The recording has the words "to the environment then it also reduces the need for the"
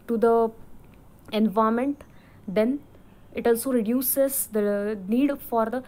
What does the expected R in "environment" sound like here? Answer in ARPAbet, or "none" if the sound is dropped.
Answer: none